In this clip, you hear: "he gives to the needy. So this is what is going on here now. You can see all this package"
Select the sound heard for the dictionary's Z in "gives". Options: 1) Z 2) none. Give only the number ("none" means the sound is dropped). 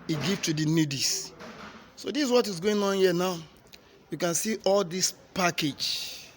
2